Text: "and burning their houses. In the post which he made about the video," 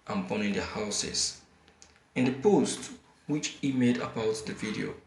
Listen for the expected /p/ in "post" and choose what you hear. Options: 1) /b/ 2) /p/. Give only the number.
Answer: 2